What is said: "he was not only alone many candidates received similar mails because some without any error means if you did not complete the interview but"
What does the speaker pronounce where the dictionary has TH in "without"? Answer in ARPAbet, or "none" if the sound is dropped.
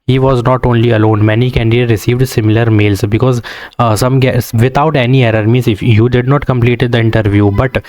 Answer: T